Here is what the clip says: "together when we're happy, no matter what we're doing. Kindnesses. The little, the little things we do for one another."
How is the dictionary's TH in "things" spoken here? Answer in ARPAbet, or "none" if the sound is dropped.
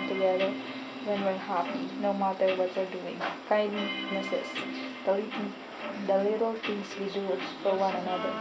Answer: T